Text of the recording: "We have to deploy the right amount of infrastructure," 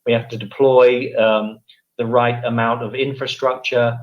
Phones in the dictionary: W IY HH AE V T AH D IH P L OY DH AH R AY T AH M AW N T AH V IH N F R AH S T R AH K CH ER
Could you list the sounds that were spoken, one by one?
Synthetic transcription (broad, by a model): W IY HH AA F T AH D IH P L OY DH AH R AY T AH M AW N T AH V IH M F R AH S T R AH K CH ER